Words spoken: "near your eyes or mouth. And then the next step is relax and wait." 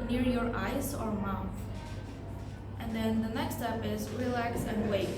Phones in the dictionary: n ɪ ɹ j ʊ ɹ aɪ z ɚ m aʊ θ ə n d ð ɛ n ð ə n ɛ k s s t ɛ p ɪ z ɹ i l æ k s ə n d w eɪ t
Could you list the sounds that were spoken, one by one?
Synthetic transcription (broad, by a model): n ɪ ɹ j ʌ ɹ aɪ z ɚ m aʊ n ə n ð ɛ n ð ə n ɛ k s s t ɛ p ɪ z ɹ i l æ k s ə n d w eɪ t